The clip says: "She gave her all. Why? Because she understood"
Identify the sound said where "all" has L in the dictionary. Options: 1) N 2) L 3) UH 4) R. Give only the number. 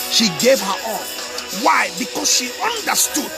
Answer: 1